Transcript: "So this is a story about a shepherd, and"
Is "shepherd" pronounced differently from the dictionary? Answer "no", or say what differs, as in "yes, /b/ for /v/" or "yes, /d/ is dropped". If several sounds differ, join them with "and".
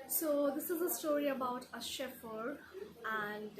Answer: yes, /f/ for /p/